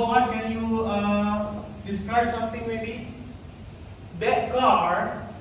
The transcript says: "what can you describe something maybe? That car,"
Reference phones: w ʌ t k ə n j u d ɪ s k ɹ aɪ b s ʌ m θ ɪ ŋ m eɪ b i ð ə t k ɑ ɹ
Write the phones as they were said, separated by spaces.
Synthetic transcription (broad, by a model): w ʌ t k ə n j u d ɪ s k ɹ aɪ b s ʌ m t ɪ ŋ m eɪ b i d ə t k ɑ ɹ